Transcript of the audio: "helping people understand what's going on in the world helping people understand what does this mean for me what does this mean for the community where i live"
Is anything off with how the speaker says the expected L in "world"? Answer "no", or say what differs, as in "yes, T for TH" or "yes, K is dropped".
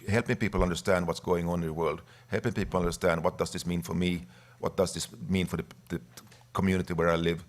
no